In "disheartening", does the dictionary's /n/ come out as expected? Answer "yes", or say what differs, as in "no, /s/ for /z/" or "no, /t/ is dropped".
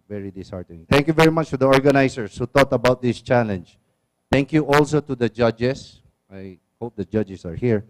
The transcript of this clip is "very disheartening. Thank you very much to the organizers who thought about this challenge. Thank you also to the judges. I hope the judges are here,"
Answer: no, /n/ is dropped